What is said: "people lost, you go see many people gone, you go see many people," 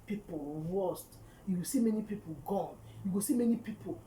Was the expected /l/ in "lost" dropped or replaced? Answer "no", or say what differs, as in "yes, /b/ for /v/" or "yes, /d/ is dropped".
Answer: yes, /w/ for /l/